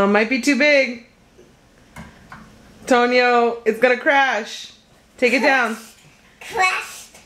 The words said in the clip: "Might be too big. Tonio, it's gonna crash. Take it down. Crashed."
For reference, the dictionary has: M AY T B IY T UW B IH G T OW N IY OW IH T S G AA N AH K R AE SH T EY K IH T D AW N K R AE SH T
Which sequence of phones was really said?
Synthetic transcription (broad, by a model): M AY T B IY T UW B IH G T OW N IY OW IH T S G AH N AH K R AE SH T EY K IH T D AW N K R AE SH